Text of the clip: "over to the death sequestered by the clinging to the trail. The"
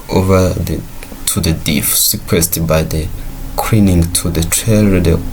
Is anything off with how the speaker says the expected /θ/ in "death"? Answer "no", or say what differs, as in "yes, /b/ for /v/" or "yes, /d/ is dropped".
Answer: yes, /f/ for /θ/